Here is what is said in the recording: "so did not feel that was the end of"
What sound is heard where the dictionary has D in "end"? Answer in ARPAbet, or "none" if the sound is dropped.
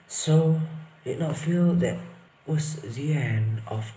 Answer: none